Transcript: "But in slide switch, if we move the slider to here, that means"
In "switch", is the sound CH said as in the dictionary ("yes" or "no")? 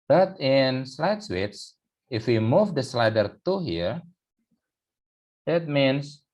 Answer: no